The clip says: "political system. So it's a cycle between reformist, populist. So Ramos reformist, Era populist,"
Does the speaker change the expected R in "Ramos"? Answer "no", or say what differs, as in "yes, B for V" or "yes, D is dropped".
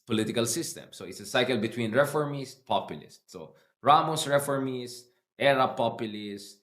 no